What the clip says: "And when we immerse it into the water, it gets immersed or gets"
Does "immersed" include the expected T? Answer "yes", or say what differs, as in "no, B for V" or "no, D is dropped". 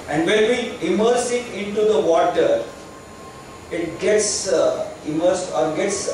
no, T is dropped